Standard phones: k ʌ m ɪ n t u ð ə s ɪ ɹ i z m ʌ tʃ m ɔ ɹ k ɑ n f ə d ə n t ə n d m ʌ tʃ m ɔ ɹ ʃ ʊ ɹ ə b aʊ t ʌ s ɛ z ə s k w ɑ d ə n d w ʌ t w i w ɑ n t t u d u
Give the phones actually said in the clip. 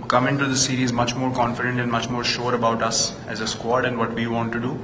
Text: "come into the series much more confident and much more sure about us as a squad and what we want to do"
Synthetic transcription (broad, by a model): k ʌ m ɪ n t u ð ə s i ɹ i z m ʌ tʃ m ɔ ɹ k ɑ n f ə d ə n t ə n d m ʌ tʃ m ɔ ɹ ʃ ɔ ɹ ə b aʊ t ʌ s ɛ z ə s k w ɑ d ə n d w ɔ t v i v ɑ n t t u d u